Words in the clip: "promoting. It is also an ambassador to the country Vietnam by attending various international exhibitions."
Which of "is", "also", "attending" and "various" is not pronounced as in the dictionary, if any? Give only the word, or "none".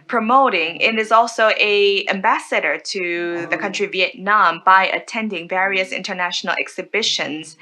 none